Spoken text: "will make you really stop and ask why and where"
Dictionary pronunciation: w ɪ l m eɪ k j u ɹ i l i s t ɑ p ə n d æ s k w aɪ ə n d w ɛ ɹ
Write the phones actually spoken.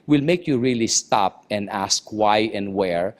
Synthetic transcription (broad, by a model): w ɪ l m eɪ k j u ɹ i l i s t ɑ p ə n d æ s k w aɪ ə n d w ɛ ɹ